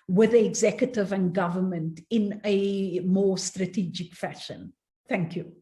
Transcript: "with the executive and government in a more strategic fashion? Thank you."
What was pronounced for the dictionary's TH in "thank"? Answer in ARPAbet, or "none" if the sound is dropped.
TH